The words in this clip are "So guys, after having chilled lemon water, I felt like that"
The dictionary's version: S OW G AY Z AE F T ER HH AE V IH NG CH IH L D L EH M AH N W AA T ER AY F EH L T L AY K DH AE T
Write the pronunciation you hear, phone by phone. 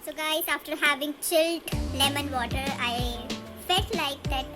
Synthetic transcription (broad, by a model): S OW G AY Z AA F T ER HH AE V IH NG CH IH L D L EH M AH N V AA T ER AY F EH T L AY K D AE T